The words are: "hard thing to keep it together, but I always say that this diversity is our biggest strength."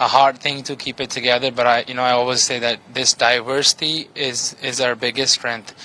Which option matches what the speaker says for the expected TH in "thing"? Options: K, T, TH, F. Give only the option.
TH